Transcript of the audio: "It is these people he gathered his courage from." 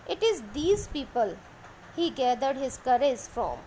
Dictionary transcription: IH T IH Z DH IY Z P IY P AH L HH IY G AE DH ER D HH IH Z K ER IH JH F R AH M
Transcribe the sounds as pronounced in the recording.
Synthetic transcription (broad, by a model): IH T IH Z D IY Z P IY P AH L HH IY G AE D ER D HH IH Z K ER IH Z F R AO M